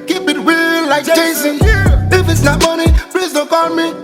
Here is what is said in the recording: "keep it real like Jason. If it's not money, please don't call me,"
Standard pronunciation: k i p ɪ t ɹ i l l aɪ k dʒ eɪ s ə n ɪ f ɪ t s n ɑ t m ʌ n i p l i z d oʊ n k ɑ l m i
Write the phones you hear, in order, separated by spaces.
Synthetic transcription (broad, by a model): k i p ɪ t w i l l aɪ k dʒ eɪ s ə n ɪ f ɪ t s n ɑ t m ʌ n i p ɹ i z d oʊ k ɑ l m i